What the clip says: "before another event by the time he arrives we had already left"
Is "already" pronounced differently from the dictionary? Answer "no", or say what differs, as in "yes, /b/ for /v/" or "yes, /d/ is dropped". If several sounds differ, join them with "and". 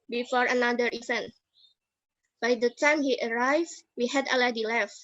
yes, /ɹ/ is dropped